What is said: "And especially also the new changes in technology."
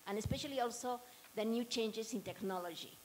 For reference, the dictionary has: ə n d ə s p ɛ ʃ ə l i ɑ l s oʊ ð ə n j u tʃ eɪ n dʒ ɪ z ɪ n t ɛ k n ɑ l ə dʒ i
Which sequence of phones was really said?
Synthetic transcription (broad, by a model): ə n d ə s p ɛ ʃ ə l i ɑ l s oʊ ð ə n j u tʃ eɪ n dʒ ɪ s ɪ n t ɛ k n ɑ l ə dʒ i